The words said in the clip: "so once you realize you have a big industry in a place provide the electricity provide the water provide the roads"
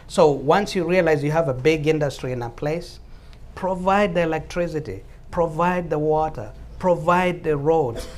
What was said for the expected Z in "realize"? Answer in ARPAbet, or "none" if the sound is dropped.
Z